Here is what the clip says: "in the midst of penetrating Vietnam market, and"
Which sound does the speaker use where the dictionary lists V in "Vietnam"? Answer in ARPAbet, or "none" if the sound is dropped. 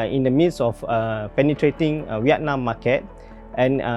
W